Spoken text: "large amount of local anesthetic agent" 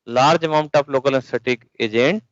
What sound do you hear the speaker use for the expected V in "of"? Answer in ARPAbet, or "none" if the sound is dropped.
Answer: P